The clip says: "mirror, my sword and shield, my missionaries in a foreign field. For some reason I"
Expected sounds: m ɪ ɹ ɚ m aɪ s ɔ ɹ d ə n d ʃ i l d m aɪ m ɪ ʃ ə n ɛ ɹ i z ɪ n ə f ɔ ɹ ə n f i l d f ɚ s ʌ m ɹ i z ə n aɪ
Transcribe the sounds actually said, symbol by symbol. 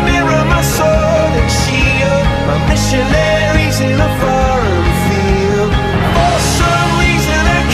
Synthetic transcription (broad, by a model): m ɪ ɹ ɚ m aɪ s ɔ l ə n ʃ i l m aɪ m ɪ ʃ ə n ɛ ɹ i z ɪ n ə f ɔ ɹ ə n f i l d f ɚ s ʌ m ɹ i z ə n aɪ